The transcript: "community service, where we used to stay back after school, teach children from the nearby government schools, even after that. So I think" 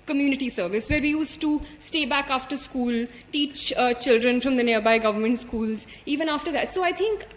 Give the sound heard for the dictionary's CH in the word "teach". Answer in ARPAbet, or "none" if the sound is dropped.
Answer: CH